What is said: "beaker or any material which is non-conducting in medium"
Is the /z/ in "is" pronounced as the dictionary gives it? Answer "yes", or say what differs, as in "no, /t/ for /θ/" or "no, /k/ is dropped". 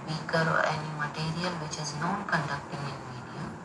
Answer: yes